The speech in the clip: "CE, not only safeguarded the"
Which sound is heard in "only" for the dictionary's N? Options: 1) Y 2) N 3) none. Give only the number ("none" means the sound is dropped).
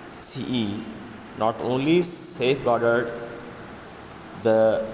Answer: 2